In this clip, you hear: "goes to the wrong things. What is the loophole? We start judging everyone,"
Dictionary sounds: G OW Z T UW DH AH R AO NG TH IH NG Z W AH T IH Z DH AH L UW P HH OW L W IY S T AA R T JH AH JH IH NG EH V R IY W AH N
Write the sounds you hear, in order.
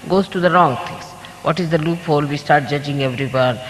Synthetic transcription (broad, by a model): G OW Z T UW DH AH R AO NG T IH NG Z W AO T IH Z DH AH L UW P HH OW L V IY S T AA R T JH AH JH IH NG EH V R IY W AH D